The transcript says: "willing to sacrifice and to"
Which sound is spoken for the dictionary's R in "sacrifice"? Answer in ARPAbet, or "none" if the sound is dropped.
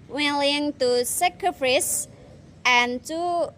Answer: none